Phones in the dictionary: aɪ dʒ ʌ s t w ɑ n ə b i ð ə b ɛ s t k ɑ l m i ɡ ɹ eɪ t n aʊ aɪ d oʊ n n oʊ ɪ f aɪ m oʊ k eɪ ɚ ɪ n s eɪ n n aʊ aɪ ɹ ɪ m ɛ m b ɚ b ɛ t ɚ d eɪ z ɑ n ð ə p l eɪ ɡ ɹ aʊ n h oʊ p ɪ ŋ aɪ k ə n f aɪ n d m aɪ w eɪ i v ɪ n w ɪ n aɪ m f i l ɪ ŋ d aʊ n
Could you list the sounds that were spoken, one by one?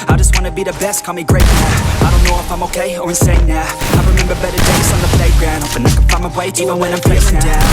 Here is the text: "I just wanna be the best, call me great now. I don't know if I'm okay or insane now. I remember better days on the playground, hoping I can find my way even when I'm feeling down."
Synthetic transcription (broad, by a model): aɪ dʒ ʌ s t w ɑ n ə b i ð ə b ɛ s t k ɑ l m i ɡ ɹ eɪ t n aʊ aɪ d oʊ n n oʊ ɪ f aɪ m oʊ k eɪ ɚ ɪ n s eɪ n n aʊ aɪ ɹ ɪ m ɛ m b ɚ b ɛ t ɚ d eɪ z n ð ə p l eɪ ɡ ɹ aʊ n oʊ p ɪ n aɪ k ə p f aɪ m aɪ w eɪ i v ɪ n w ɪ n aɪ m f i ɪ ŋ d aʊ